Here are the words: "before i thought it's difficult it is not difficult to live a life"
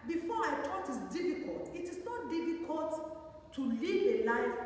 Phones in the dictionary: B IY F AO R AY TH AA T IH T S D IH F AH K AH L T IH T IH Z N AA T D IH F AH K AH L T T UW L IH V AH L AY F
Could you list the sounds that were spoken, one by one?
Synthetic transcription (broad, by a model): B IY F AO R AY T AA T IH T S D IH F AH K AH L T IH T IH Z N AA T D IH F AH K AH L T T UW L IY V AH L AY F